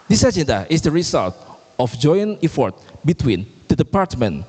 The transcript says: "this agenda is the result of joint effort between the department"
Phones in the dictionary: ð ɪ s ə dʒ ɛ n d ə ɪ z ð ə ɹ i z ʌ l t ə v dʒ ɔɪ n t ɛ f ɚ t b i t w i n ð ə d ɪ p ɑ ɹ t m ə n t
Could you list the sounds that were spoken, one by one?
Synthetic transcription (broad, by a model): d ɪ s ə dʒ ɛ n d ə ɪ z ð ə ɹ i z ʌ l t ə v dʒ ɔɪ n ɛ f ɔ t b i t w i n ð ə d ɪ p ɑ ɹ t m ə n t